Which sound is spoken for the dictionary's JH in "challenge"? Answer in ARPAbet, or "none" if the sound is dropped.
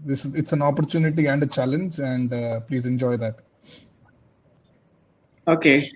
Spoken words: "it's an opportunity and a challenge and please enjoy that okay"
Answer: JH